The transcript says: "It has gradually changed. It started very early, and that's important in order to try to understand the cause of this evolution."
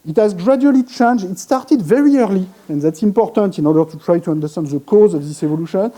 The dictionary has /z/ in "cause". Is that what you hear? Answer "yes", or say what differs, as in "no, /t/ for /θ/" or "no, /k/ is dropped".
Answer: yes